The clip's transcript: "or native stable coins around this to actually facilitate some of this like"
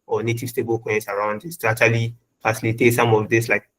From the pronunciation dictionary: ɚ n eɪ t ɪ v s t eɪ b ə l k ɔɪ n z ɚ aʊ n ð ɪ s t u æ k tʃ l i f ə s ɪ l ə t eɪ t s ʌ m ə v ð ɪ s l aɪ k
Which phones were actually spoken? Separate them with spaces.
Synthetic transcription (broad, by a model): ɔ n eɪ t ɪ v s t eɪ b ə l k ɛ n s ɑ aʊ n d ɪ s t u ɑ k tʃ l i f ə s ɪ l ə t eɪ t s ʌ m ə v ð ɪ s l aɪ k